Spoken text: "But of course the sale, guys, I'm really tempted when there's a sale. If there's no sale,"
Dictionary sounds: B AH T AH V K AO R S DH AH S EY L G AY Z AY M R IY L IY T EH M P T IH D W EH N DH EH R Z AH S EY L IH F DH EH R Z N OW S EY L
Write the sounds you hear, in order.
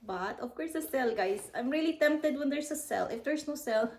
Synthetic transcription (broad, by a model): B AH T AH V K AO R S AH S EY L G AY S AY M R IY L IY T EH M P T IH D W EH N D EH R S AH S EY L IH F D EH R S N OW S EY L